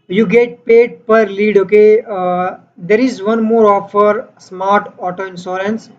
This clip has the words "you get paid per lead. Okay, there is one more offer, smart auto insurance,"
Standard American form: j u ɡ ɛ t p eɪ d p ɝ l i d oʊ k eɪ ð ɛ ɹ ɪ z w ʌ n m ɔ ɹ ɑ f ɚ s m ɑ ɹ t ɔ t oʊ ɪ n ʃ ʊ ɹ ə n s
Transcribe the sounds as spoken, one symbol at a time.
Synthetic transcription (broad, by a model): j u ɡ ɛ t p eɪ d p ɝ l i d oʊ k eɪ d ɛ ɹ ɪ z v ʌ n m ɔ ɹ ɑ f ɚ s m ɑ ɹ t ɔ t oʊ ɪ n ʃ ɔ ɹ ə n s